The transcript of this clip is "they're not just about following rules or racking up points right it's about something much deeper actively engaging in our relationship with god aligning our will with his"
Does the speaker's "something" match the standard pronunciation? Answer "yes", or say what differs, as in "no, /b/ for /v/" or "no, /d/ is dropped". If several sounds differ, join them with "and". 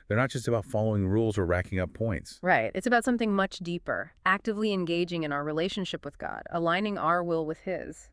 yes